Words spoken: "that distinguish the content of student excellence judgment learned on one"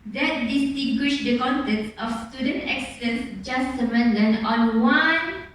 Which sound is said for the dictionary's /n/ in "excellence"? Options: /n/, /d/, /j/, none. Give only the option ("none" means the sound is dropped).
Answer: none